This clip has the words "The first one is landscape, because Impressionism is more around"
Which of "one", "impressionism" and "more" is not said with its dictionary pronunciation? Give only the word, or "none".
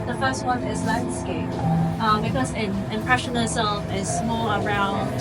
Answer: more